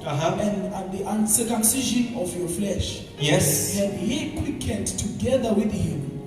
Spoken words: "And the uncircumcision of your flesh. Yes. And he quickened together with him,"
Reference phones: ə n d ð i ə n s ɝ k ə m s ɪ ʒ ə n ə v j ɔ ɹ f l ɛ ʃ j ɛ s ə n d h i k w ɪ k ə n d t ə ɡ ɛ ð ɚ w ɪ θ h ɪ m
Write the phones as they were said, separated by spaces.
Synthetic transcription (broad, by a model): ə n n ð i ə n s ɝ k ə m s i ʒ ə n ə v j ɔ f l ɛ ʃ j ɛ s ə n d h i k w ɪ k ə d t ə ɡ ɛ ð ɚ w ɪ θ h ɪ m